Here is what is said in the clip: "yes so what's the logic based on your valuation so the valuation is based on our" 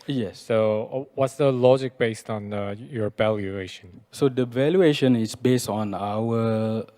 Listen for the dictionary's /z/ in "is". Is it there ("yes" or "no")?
no